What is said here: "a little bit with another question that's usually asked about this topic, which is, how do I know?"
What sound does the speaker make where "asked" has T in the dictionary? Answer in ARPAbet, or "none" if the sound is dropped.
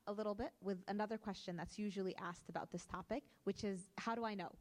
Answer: T